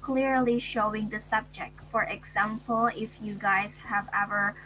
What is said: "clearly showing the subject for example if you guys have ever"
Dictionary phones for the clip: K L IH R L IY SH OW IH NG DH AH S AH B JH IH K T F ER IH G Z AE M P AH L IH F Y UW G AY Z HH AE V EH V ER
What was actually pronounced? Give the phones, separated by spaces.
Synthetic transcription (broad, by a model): K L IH R L IY SH OW IH NG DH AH S AH B JH IH K T F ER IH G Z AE M P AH L IH F Y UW G AY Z HH AE V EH V ER